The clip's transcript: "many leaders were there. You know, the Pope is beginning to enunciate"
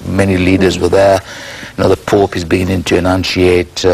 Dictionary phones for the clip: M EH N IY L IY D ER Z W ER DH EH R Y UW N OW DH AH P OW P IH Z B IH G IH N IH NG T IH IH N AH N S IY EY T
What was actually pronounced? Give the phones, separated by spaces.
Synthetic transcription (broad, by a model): M EH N IY L IY D ER Z W ER DH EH R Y N OW DH AH P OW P IH Z B IH G IH N IH NG T IH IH N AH N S IY EY T